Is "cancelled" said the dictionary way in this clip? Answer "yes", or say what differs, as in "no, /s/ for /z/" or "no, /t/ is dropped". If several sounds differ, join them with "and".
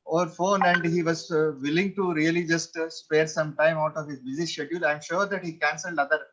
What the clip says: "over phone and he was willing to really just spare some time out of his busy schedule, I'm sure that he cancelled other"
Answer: yes